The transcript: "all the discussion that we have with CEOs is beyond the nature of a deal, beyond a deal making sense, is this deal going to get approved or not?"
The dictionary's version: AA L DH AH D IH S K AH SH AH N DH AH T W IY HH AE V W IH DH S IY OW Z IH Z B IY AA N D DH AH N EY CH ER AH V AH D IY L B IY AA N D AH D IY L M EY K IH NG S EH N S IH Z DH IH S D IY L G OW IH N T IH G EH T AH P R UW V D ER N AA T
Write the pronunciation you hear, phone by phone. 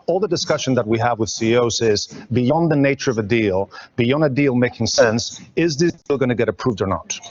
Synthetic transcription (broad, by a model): AA L DH AH D IH S K AH SH AH N DH AH T W IY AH V W IH DH S IY OW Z IH Z B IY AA N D DH AH N EY CH ER AH V AH D IY L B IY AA N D AH D IY L M EY K IH NG S EH N S IH Z DH IH S D IY L G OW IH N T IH G EH T AH P R UW V D ER N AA T